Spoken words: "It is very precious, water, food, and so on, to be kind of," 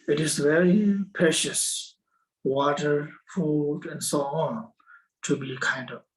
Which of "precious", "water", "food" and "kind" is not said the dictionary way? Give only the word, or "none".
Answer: none